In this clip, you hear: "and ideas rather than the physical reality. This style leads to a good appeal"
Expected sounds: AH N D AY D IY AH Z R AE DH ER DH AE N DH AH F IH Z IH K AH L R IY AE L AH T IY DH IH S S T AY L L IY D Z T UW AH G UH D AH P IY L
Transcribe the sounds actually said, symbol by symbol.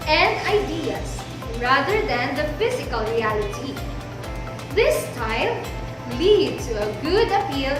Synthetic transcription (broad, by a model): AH N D AY D IY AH S R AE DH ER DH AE N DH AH F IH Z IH K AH L R IY AE L AH T IY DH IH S S T AY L L IY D T UW AH G UH D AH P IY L